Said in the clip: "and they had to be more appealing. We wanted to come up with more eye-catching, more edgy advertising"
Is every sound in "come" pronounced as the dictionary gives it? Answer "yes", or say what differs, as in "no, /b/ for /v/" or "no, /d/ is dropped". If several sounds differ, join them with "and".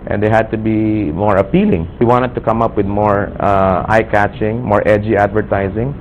yes